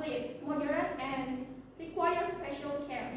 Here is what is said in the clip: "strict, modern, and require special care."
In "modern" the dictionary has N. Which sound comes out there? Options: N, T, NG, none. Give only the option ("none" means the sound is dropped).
none